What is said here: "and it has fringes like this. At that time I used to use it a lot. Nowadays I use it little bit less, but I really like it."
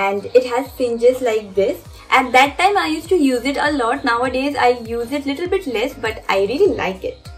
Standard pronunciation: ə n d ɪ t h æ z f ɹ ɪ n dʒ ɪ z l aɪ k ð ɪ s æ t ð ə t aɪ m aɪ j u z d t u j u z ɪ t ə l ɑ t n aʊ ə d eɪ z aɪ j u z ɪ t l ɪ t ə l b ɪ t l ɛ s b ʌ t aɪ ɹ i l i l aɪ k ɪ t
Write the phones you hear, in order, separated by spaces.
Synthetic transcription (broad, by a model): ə n d ɪ t h æ z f ɪ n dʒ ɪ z l aɪ k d ɪ s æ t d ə t aɪ m aɪ j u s t u j u z ɪ t ə l ɑ t n aʊ ə d eɪ z aɪ j u z ɪ t l ɪ t ə l b ɪ t l ɛ s b ʌ t aɪ ɹ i l i l aɪ k ɪ t